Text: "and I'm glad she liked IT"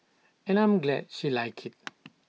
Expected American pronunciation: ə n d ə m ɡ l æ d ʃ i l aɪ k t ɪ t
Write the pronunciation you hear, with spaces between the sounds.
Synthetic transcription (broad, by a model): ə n ə m ɡ l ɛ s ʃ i l aɪ k ɪ t